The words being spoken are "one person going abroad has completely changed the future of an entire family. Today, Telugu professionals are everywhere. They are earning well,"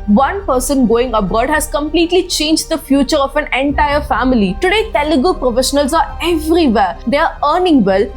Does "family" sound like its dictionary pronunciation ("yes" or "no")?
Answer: yes